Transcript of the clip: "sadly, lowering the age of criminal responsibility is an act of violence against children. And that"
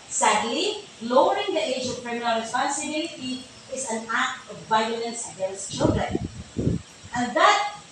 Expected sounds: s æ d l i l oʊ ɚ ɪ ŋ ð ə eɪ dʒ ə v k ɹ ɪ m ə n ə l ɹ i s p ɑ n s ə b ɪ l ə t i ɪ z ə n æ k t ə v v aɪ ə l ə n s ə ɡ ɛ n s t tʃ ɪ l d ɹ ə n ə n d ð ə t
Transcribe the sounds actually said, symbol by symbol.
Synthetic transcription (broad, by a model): s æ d l i l oʊ ɚ ɪ ŋ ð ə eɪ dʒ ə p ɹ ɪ m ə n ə l ɹ i s p ɑ n s ə b ɪ l ə t i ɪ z ə n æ k t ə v v aɪ ə l ə n s ə ɡ ɛ n s t tʃ ɪ l d ɹ ə n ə n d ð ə t